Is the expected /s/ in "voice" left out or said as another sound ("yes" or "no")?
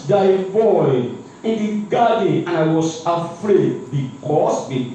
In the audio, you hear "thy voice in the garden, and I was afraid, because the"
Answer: yes